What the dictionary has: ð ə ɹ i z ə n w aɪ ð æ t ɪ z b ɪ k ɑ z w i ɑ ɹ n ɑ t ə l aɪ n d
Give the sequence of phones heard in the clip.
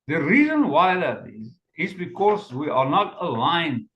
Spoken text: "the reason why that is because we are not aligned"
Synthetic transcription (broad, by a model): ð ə ɹ i z ə n w aɪ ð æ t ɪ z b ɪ k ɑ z w i ɑ ɹ n ɑ t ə l aɪ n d